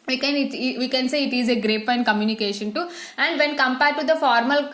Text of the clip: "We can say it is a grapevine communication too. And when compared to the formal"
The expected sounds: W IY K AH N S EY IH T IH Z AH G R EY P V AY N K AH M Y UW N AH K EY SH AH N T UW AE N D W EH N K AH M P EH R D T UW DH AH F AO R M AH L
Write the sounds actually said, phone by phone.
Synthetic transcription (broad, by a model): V IY K AH N S EY IH T IH Z AH G R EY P AY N K AH M Y UW N AH K EY SH AH N T UW AE N D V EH N K AH M P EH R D T UW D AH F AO R M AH L